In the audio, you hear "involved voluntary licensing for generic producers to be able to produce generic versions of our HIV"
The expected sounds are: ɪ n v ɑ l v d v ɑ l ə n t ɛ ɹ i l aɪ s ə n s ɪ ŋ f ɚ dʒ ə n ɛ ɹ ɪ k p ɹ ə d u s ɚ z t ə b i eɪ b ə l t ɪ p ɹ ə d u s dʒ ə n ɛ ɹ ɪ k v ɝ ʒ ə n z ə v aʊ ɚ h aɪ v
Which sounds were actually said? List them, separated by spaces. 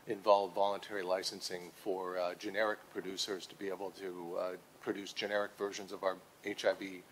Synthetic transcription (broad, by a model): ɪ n v ɑ l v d v ɑ l ə n t ɛ ɹ i l aɪ s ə n s ɪ ŋ f ɚ dʒ ə n ɛ ɹ ɪ k p ɹ ə d u s ɚ z t ə b i eɪ b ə l t ɪ p ɹ ə d u s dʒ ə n ɛ ɹ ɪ k v ɝ ʒ ə n z ə v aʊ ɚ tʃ aɪ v